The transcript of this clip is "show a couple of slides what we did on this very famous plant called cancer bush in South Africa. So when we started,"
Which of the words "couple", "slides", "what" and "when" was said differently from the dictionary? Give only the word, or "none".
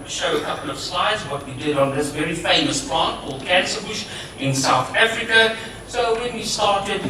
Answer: none